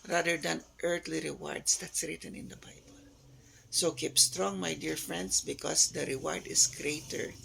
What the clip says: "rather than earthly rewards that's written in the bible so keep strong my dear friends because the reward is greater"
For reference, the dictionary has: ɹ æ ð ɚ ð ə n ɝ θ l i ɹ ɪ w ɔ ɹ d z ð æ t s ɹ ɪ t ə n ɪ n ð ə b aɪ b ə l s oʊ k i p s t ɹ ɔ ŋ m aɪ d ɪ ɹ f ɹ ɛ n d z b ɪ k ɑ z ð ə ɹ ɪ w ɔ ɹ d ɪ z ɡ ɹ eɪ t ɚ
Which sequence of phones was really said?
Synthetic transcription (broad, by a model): ɹ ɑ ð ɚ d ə n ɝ t l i ɹ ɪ w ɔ ɹ d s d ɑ t s ɹ ɪ t ə n ɪ n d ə b aɪ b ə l s oʊ k i p s t ɹ ɔ ŋ m aɪ d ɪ ɹ f ɹ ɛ n d s b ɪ k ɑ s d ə ɹ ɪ w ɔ ɹ d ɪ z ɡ ɹ eɪ t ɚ